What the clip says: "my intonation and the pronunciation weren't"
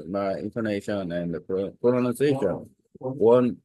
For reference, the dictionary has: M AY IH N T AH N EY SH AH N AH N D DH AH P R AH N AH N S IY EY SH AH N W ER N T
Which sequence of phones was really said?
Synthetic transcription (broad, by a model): M AY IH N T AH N EY SH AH N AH N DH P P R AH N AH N IY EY SH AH N W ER N